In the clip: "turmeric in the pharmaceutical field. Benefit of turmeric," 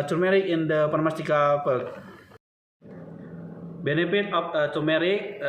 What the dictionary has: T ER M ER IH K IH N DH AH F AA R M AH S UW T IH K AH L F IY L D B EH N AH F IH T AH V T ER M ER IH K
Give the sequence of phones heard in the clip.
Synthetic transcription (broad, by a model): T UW M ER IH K IH N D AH P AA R M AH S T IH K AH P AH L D B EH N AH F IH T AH F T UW M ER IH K